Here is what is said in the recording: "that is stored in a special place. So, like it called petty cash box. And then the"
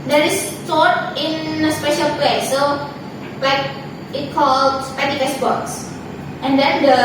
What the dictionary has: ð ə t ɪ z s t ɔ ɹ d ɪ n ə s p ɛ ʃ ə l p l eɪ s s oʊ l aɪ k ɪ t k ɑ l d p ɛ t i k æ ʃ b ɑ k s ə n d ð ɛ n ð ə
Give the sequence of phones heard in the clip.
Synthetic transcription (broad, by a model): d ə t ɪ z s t ɔ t ɪ n ə s p ɛ ʃ ə l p l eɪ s s oʊ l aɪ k ɪ t k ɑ l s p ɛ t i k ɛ s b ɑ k s ə n d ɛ n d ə